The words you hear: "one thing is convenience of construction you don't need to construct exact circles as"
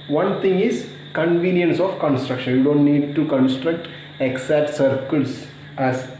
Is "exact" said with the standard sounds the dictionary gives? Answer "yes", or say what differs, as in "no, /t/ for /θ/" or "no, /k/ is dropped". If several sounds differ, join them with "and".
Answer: no, /k/ is dropped